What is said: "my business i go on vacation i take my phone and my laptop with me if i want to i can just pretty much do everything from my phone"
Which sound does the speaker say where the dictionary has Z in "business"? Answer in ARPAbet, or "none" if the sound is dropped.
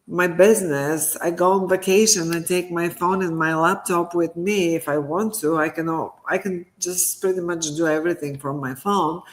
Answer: Z